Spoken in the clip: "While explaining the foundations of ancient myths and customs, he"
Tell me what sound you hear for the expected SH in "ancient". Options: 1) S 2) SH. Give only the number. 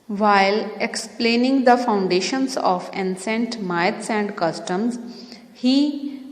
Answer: 1